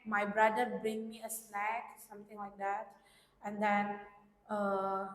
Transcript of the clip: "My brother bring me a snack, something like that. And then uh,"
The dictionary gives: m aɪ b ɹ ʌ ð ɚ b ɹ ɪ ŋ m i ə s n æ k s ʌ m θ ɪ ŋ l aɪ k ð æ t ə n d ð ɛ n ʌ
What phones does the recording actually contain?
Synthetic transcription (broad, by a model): m aɪ b ɹ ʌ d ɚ b ɹ ɪ ŋ m i ə s l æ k s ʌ m t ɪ ŋ l aɪ k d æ t ə n d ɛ n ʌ